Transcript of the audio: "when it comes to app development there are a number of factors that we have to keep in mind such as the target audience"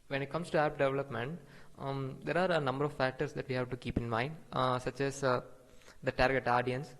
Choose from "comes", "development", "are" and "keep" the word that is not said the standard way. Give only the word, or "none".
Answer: comes